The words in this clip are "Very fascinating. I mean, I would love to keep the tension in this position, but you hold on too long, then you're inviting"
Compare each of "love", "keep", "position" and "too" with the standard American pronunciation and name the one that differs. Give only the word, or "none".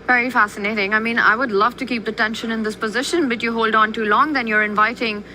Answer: none